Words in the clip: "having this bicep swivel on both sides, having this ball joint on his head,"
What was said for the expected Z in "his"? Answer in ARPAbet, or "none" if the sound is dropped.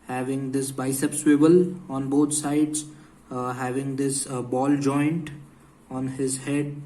Z